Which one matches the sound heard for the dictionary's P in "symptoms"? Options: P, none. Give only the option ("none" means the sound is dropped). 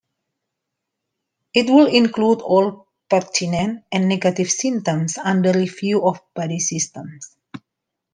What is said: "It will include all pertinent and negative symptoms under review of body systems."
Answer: none